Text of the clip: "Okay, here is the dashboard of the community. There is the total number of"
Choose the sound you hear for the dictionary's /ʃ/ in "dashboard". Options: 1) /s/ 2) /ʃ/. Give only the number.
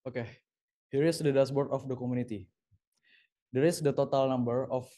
1